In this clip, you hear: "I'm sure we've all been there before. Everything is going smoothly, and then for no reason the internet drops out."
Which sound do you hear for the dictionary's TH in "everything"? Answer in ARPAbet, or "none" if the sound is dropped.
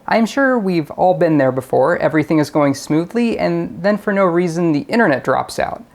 TH